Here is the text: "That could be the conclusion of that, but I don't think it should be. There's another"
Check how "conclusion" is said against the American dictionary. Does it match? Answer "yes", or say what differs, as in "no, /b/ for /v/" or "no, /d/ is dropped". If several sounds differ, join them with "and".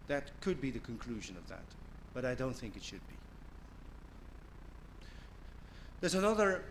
yes